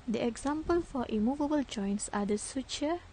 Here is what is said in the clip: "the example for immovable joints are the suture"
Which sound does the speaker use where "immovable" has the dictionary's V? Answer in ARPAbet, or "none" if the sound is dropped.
V